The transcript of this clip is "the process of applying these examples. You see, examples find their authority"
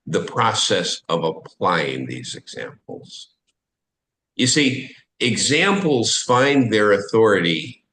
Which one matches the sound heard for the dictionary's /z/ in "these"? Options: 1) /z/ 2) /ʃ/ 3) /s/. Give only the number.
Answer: 1